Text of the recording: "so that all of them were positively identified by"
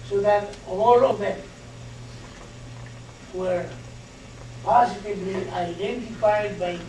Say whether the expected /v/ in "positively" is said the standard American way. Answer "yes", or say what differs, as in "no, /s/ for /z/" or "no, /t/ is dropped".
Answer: no, /b/ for /v/